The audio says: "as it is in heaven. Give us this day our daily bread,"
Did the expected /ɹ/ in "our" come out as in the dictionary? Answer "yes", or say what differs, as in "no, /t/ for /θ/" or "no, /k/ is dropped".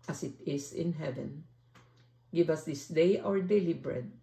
yes